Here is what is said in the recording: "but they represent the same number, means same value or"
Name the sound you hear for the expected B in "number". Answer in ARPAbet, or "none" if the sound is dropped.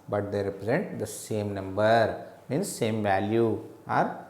B